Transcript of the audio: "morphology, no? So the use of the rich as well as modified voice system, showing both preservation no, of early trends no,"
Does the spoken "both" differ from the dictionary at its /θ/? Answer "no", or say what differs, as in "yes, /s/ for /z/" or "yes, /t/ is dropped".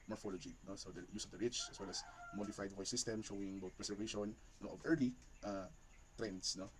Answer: yes, /t/ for /θ/